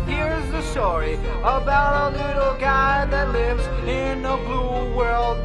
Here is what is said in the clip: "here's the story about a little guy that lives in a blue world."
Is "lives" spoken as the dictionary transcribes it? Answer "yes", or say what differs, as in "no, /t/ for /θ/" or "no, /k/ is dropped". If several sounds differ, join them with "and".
yes